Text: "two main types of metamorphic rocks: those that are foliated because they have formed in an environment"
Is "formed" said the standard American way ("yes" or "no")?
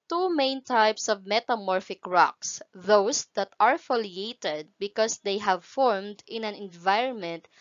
yes